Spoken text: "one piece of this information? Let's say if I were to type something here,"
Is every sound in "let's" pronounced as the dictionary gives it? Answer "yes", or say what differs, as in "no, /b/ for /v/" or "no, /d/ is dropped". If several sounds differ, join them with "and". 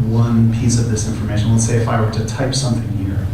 no, /w/ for /l/